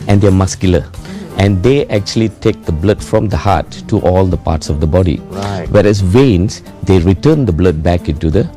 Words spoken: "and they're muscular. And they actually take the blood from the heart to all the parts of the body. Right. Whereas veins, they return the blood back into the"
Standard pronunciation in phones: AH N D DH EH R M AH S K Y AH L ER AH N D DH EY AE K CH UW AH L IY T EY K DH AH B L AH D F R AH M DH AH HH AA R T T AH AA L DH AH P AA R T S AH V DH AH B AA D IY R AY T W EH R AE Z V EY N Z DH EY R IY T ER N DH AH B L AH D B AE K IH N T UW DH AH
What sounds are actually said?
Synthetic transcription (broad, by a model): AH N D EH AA M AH S K Y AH L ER AH N D EY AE K CH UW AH L IY T EY K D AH B L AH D F R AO M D AH HH AA T T AA L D AH P AA T S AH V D AH B AA D IY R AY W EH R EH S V EY N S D EY R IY T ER N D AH B L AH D B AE K IH N T UW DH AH